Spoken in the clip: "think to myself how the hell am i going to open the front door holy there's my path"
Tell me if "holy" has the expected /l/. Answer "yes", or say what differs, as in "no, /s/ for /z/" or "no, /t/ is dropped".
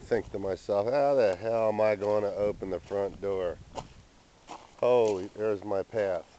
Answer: no, /l/ is dropped